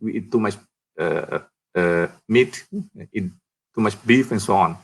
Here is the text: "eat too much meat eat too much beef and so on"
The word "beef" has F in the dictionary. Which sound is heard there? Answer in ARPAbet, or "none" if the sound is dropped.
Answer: F